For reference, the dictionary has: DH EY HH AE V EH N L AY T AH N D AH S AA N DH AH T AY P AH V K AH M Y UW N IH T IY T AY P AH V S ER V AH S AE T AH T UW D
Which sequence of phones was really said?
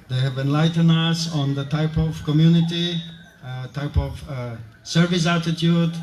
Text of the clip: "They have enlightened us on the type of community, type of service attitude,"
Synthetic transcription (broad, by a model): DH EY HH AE V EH N L AY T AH N AH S AA N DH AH T AY P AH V K AH M Y UW N IH T IY T AY P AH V S ER V AH S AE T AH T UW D